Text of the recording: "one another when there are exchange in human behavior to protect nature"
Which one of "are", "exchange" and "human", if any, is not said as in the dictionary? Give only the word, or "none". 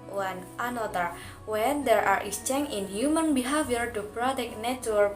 exchange